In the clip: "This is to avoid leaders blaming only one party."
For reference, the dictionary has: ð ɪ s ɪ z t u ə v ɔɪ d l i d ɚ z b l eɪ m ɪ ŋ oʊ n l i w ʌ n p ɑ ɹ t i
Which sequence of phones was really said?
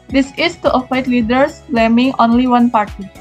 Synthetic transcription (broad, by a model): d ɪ s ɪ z t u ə f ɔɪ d l i d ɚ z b l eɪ m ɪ ŋ oʊ n l i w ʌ n p ɑ ɹ t i